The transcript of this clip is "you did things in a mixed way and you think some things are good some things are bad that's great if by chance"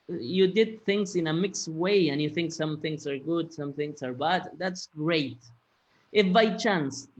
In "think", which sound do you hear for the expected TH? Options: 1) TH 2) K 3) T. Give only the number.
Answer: 1